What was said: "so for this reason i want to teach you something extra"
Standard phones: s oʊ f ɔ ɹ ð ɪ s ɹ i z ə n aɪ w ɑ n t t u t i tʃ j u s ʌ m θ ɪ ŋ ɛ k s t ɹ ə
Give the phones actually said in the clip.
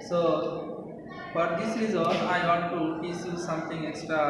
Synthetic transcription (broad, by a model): s oʊ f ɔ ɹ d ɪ s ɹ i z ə l aɪ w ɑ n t t u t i s j u s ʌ m t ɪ ŋ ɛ k s t ɹ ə